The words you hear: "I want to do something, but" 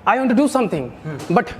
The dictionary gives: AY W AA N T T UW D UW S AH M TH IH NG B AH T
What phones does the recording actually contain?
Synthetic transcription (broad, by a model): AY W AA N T T UW D UW S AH M T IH NG B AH T